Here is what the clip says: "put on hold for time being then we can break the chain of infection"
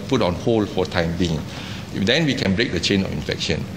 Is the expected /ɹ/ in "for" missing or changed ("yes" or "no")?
yes